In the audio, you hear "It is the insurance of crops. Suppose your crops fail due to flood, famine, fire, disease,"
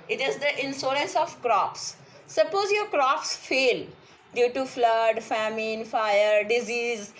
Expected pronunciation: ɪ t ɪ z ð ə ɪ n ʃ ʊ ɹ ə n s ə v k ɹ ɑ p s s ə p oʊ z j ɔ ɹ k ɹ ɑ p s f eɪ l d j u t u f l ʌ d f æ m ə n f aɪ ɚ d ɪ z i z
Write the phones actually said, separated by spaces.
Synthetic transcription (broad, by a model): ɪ t ɪ z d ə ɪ n s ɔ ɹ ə n s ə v k ɹ ɑ p s s ə p oʊ z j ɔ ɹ k ɹ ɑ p s f eɪ l d j u t u f l ʌ d f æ m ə n f aɪ ɚ d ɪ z i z